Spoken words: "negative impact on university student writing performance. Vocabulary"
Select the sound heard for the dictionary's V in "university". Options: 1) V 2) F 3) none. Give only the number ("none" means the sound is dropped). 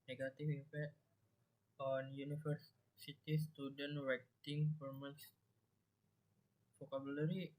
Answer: 2